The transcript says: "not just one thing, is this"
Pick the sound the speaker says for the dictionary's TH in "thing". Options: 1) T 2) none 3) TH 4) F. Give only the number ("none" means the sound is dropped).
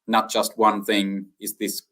3